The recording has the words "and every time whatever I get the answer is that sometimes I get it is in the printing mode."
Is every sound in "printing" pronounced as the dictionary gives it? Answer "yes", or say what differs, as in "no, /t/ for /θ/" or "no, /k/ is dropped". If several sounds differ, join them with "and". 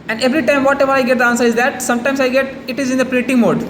no, /n/ is dropped